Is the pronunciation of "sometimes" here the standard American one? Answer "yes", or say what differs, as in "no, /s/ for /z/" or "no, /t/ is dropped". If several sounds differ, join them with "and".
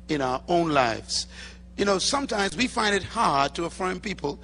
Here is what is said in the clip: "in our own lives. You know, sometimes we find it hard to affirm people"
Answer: yes